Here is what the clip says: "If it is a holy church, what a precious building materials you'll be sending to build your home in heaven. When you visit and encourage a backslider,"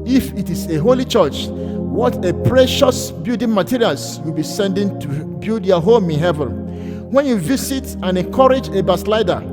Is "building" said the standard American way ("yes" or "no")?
no